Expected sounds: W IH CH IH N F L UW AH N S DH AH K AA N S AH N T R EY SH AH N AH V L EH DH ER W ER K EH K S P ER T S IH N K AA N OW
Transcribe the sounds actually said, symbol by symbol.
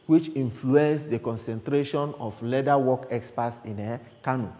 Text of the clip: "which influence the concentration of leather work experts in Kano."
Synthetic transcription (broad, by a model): W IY CH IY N F L UW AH N S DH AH K AA N S AH N T R EY SH AH N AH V L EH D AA W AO K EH K S P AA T S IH N K AA N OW